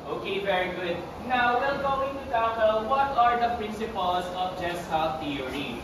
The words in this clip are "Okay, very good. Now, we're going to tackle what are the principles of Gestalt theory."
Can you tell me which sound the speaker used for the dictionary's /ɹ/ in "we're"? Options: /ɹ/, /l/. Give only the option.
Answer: /l/